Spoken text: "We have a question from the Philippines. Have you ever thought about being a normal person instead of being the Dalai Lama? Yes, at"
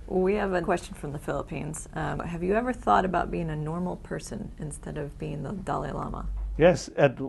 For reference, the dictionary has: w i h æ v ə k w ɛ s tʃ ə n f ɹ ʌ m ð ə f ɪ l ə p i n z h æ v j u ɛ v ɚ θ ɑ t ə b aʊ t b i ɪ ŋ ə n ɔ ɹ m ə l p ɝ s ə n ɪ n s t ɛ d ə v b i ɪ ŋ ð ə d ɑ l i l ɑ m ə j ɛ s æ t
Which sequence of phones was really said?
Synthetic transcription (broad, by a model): w i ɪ v ə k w ɛ s tʃ n f ɹ ʌ m ð ə f ɪ l ə p i n z h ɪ v j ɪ ɛ v ɚ θ ɑ t ə b aʊ t b i ɪ ŋ ə n ɔ ɹ m l p ɝ s ə n ɪ n s t ɛ d ə v b i ɪ ŋ ð ə d ɑ l i l ɑ m ə j ɛ s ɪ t